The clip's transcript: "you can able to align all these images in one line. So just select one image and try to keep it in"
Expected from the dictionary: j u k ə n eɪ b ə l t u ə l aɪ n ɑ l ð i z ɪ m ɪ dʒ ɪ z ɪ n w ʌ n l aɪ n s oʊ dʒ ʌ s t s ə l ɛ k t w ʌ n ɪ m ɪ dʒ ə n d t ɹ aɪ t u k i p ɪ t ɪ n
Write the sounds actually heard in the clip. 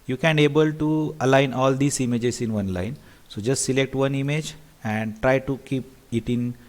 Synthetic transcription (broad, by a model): j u k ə n eɪ b ə l t u ə l aɪ n ɑ l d i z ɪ m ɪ dʒ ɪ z ɪ n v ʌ n l aɪ n s oʊ dʒ ʌ s t s ə l ɛ k t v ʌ n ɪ m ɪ dʒ ə n d t ɹ aɪ t u k i p ɪ t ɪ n